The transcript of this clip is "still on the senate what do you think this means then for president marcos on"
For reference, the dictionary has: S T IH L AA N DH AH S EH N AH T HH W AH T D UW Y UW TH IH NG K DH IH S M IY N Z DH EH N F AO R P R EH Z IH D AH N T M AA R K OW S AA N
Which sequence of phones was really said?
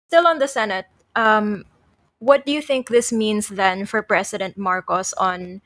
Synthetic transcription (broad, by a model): S T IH L AA N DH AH S EH N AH T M W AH T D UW Y UW TH IH NG K DH IH S M IY N S DH EH N F AO R P R EH S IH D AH N T M AA R K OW S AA N